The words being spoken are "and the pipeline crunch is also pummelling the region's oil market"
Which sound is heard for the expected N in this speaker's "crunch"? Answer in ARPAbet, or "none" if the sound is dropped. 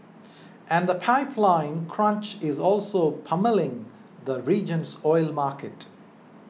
N